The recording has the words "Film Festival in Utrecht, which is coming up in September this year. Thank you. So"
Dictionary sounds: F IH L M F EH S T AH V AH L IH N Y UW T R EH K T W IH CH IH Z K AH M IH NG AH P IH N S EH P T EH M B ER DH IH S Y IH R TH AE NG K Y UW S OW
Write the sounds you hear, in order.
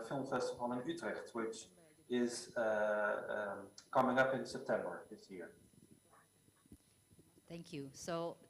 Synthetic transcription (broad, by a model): F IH L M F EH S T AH F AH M IH N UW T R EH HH T W IH CH IH Z K AH M IH NG AH P IH N S EH P T EH M B ER DH IH S Y IH R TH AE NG K Y UW S OW